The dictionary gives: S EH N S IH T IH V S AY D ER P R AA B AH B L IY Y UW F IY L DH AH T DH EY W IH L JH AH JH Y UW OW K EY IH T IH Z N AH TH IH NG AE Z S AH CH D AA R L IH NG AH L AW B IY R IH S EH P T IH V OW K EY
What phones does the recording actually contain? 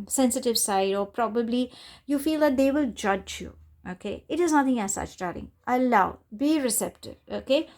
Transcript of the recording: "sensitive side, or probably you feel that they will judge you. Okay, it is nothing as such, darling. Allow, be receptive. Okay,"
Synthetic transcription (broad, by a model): S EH N S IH T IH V S AY D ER P R AA B AH B L IY Y UW F IY L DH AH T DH EY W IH L JH AH JH Y UW OW K EY IH T IH Z N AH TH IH NG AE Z S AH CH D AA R IH NG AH L AW B IY R IH S EH P T IH V OW K EY